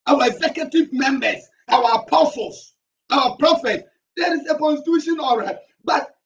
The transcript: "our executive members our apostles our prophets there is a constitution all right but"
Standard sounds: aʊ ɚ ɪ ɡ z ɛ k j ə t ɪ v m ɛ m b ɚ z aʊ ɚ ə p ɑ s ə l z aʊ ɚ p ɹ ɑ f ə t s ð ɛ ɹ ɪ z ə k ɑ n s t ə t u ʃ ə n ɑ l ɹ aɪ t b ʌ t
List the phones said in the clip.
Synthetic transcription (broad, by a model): aʊ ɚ ɪ ɡ z ɛ k j ə t ɪ v m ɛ m b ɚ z aʊ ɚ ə p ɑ s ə l s aʊ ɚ p ɹ ɑ f ə t s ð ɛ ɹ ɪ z ə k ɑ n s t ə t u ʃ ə n ɑ l ɹ aɪ t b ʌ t